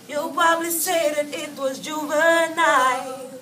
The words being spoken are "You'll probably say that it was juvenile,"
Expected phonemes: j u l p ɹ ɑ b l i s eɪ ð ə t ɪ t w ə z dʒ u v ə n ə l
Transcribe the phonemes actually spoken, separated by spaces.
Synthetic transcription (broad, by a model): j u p ɑ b l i s eɪ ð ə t ɪ t w ə z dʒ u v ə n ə